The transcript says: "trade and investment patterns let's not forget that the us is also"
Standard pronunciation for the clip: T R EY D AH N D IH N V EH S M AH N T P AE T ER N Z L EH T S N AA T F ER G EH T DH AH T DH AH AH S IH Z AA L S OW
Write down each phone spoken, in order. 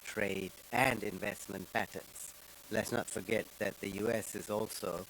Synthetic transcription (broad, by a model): T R EY D AH N D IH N V EH S M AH N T P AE T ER N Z L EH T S N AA T F ER G EH T DH AH T DH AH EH S IH Z AA L S OW